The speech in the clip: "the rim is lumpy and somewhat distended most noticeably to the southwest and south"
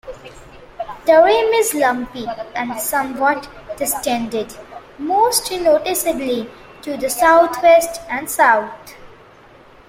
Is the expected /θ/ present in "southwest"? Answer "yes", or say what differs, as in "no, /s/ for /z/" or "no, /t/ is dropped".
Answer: no, /t/ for /θ/